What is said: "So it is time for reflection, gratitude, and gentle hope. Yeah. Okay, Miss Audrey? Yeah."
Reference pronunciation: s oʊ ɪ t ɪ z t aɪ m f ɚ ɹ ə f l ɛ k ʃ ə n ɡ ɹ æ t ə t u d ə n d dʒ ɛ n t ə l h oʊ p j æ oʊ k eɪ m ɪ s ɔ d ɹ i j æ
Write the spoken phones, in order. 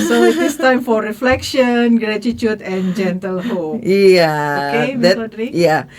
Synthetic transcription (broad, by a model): s oʊ ɪ t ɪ s t aɪ m f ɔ ɹ ə f l ɛ k ʃ ə n ɡ ɹ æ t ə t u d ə n dʒ ɛ n t ə l h oʊ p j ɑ oʊ k eɪ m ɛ ɔ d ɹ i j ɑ